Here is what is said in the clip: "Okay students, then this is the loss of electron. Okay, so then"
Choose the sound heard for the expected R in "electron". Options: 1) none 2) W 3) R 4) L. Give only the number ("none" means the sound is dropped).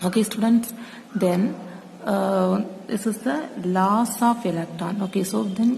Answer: 1